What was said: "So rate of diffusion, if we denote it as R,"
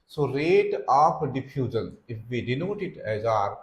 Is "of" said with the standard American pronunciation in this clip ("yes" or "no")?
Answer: no